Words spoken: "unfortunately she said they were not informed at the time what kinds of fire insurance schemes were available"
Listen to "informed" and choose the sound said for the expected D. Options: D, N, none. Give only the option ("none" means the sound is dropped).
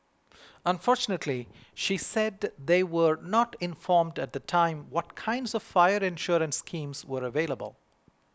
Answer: D